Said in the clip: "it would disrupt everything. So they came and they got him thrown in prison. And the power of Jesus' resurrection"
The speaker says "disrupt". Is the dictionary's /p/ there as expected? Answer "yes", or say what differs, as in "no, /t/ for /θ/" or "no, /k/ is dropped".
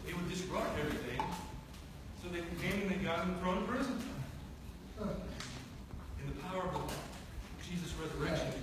no, /p/ is dropped